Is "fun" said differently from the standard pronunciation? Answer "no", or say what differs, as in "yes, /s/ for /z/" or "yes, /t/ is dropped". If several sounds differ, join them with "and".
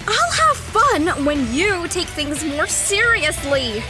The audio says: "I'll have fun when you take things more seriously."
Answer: no